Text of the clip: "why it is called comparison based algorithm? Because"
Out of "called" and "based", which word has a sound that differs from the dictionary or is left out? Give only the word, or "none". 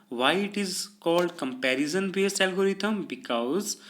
based